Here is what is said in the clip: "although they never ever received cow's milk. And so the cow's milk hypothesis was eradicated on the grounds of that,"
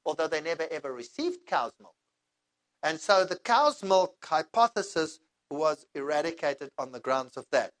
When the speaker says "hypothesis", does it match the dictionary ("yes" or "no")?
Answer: yes